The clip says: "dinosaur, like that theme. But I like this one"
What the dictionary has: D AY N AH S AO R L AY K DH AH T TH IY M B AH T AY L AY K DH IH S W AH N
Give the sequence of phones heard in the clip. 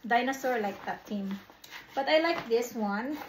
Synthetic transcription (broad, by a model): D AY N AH S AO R L AY K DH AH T T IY M B AH T AY L AY K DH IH S W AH N